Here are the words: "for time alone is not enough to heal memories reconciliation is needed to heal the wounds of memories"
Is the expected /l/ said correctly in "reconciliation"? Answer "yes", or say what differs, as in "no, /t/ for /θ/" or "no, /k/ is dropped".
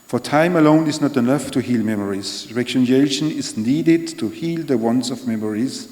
no, /l/ is dropped